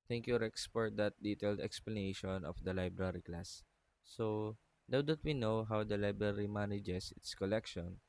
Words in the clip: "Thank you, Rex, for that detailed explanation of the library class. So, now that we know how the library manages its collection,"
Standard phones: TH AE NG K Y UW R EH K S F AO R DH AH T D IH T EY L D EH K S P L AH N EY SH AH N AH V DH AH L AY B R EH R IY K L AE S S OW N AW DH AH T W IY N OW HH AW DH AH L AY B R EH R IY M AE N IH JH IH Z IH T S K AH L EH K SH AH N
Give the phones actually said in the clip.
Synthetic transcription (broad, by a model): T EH NG K Y UW R EH K S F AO R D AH T D IH T EY L D EH K S P L AH N EY SH AH N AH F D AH L AY B R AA R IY K L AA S S OW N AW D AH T W IY N OW HH AW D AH L AY B R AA R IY M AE N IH JH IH S IH T S K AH L EH K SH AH N